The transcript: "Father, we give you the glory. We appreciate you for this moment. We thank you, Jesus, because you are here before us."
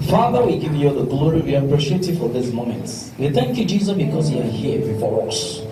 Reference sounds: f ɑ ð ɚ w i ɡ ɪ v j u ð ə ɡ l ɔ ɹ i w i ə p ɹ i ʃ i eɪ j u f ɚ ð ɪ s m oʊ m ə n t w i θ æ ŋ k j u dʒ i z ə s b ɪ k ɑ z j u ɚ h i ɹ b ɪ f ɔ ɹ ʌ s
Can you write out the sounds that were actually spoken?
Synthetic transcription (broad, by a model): f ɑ ð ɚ w i ɡ ɪ v j u ð ə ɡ l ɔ ɹ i w i ə p ɹ i ʃ i eɪ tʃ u f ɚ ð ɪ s m oʊ m ə n t w i θ æ ŋ k j u dʒ i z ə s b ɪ k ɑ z j u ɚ h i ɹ b ɪ f ɔ ɹ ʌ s